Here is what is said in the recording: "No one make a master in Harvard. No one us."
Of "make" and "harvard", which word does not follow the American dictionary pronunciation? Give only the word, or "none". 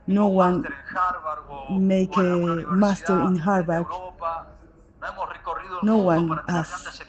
harvard